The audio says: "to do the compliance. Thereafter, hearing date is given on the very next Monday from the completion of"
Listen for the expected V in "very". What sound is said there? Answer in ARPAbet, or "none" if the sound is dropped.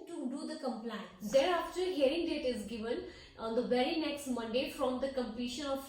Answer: B